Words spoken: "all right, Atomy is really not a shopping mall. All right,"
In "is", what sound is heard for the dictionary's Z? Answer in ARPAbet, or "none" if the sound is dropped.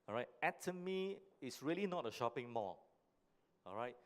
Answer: S